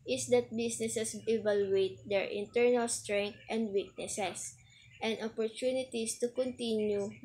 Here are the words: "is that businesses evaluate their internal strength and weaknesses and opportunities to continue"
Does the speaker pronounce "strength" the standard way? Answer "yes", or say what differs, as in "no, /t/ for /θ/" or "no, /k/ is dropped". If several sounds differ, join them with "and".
no, /t/ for /θ/